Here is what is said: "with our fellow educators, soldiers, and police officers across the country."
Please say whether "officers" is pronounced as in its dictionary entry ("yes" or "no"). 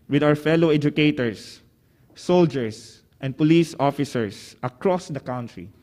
no